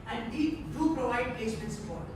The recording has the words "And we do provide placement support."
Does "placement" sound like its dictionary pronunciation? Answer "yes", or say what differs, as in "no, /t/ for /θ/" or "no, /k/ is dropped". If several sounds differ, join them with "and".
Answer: no, /l/ is dropped